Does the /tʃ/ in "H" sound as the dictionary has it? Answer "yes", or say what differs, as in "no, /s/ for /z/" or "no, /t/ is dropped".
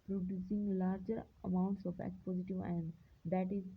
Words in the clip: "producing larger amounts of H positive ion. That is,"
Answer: no, /s/ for /tʃ/